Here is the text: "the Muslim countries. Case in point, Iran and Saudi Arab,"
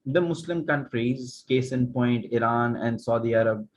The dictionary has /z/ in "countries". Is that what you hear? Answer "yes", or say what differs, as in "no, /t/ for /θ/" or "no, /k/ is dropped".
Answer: yes